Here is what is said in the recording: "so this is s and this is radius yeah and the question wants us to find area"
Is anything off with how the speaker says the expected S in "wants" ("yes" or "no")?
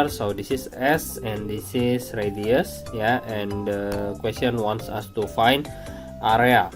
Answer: no